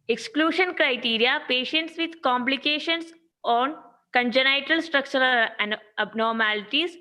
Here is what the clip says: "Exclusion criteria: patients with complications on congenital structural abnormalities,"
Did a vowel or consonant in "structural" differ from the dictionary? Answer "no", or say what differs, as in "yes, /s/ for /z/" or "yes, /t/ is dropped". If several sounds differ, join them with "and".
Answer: no